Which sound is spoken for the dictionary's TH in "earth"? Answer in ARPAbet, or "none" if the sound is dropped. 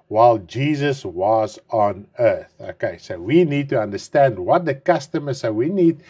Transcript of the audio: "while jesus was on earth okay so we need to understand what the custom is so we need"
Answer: TH